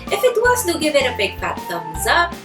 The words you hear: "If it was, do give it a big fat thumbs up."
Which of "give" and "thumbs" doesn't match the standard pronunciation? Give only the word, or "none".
thumbs